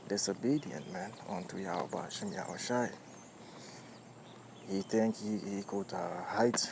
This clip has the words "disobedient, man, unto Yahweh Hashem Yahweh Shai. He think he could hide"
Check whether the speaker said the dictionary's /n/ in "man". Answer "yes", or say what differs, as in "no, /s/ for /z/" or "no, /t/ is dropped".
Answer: yes